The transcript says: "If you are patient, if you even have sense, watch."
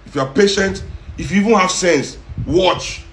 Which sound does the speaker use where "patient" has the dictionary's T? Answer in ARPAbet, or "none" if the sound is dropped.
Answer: T